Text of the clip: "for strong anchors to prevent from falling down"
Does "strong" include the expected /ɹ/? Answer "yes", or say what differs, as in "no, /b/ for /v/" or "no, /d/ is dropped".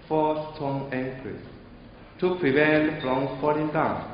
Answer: no, /ɹ/ is dropped